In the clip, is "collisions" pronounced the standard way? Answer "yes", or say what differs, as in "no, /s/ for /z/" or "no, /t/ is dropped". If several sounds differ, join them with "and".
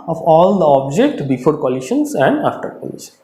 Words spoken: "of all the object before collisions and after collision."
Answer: no, /ʃ/ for /ʒ/